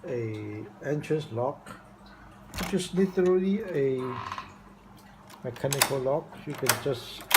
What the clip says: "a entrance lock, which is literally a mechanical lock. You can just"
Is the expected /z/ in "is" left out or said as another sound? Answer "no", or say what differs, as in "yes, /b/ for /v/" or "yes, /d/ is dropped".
yes, /s/ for /z/